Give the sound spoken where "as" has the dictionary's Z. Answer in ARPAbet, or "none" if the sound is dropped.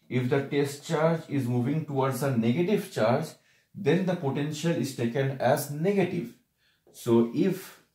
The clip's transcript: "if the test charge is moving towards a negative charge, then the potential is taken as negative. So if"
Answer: Z